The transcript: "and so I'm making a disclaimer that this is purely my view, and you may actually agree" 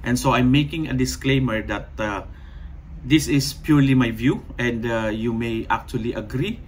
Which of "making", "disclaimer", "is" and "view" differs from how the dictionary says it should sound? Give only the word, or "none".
is